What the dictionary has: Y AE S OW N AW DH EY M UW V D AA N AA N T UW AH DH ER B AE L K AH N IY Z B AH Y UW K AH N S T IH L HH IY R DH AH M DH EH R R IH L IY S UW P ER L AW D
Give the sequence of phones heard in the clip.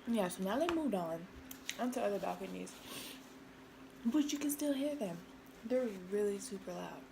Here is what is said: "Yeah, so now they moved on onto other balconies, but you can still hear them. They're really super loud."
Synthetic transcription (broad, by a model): Y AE S OW N AW DH EY M UW V D N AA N T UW AH DH ER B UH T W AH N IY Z B AH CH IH K AH N S T IH L HH IY R DH AH M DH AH R R IH L IY S UW P ER L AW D